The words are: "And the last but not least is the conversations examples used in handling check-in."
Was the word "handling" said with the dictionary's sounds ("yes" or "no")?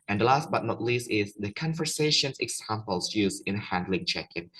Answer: yes